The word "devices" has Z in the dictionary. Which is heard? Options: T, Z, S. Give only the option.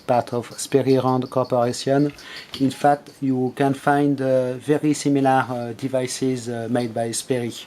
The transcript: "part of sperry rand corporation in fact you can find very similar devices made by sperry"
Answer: Z